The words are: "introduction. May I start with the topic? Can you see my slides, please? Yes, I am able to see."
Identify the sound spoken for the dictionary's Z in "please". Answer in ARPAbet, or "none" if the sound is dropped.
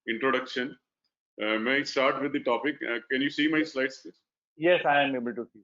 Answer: none